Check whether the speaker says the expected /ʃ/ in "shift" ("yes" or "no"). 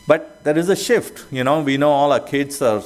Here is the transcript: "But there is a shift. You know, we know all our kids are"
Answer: yes